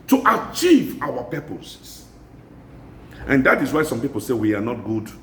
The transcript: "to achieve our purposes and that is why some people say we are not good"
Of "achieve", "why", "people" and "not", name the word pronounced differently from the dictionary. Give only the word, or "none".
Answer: none